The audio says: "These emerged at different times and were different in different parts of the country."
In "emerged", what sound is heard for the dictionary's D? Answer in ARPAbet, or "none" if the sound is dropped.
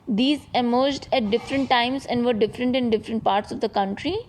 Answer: D